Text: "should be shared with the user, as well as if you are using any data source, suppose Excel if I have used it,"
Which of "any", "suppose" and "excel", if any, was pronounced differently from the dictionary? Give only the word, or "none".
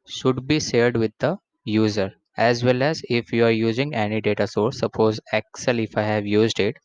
none